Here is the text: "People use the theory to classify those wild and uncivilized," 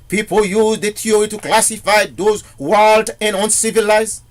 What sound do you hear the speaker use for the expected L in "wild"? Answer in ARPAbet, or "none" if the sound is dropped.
L